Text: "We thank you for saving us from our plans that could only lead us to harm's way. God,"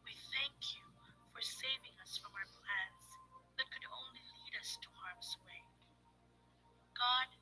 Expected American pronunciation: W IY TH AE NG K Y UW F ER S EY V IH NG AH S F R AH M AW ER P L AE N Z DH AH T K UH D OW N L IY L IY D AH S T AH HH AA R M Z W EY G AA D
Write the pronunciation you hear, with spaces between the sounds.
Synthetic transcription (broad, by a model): W IY TH AE NG K Y UW F ER S EY V IH NG AH S F R AH M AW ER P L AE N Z DH AH T K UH D OW N L IY L IY D AH S T AH HH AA R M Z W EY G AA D